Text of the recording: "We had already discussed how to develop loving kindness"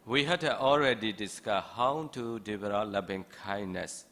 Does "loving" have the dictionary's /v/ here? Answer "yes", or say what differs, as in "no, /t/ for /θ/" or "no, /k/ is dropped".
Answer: no, /p/ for /v/